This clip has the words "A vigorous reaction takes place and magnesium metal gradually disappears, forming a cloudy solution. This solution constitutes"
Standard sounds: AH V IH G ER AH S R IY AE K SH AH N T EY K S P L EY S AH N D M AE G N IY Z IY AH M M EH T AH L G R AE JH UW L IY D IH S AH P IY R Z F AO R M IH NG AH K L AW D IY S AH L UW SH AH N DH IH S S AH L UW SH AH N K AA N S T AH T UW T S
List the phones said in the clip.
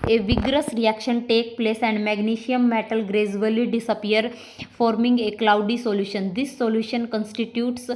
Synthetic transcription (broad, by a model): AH V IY G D AH S R IY AE K SH AH N T EY K P L EY S AH N D M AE G N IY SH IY AH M M EH T AH L G R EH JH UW L IY D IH S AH P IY R F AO R M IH NG AH K L AW D IY S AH L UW SH AH N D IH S S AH L UW SH AH N K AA N S T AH T UW T S